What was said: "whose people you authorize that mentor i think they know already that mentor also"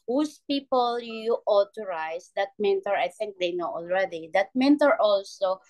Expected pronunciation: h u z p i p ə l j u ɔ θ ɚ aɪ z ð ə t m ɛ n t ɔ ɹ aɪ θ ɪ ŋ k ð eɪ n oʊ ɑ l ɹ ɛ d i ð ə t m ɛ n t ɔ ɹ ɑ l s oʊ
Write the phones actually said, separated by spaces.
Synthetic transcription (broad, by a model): h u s p i p ə l j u ɔ t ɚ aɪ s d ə t m ɛ n t ɔ ɹ aɪ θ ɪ ŋ k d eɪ n oʊ ɑ l ɹ ɛ d i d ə t m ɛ n t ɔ ɹ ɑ l s oʊ